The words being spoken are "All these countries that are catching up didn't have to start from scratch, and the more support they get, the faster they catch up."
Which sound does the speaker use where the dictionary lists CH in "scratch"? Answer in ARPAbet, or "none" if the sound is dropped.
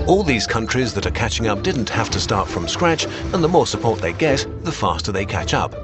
CH